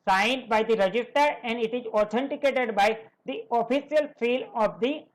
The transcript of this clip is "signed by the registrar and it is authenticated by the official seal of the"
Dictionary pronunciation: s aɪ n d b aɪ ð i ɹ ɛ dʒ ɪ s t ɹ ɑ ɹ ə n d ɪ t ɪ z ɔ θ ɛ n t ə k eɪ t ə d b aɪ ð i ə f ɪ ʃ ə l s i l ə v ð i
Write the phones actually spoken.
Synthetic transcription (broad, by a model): s aɪ n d b aɪ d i ɹ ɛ dʒ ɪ s t ʌ ɹ ə n d ɪ t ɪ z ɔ t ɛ n t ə k eɪ t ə d b aɪ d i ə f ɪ s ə l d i l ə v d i